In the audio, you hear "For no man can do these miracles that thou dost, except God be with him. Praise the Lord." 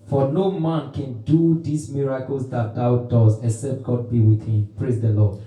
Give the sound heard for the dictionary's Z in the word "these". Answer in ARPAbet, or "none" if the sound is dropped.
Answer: S